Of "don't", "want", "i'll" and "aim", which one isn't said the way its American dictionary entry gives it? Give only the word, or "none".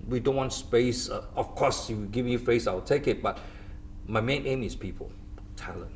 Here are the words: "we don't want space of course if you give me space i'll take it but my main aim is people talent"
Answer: i'll